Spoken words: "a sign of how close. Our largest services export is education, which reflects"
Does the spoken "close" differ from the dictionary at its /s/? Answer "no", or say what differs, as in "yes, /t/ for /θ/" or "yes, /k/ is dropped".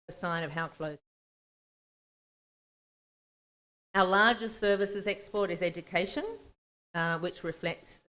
yes, /s/ is dropped